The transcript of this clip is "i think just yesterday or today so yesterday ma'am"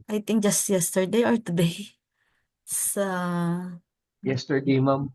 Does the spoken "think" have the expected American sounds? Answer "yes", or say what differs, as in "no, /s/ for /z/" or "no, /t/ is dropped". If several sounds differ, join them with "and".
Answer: no, /t/ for /θ/